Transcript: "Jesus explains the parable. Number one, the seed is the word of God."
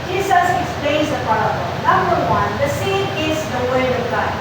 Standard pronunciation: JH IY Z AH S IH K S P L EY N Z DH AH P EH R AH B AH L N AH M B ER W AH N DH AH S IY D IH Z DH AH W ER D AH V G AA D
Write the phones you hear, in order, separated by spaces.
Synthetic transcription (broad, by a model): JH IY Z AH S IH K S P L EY Z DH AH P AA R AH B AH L N AH M B ER W AH N DH AH S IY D IH Z DH AH W ER D AH V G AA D